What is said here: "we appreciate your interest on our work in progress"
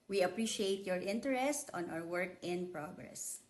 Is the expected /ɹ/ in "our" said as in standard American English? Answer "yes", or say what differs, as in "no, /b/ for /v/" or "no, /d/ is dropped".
no, /w/ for /ɹ/